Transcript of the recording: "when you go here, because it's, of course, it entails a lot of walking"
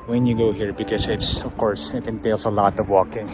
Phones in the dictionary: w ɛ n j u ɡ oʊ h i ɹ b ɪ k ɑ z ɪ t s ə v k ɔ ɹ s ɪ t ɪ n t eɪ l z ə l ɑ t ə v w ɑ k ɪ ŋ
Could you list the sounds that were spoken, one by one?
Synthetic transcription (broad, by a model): w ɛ n j u ɡ oʊ h i ɹ b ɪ k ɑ s ɪ t s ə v k ɔ ɹ s ɪ t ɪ n t eɪ l s ə l ɑ t ə v w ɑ k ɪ ŋ